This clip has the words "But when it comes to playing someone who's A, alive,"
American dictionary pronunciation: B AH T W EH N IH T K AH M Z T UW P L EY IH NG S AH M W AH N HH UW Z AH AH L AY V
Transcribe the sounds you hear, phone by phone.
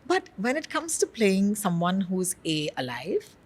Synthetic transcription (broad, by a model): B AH T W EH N IH T K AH M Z T UW P L EY IH NG S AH M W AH N HH UW Z AH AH L AY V